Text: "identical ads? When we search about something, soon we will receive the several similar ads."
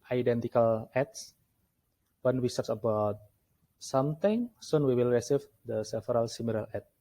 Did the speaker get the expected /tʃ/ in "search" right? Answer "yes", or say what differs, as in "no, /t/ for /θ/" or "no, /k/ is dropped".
no, /s/ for /tʃ/